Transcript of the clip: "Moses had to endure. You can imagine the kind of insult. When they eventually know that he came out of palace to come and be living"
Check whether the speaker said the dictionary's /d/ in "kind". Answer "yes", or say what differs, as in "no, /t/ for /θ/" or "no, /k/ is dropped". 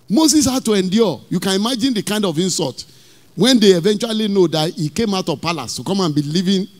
yes